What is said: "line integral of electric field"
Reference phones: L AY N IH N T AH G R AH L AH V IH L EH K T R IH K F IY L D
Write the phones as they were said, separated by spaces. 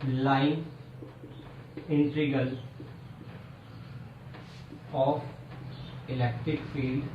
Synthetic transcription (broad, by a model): L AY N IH N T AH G AH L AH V IH L EH K T R IH K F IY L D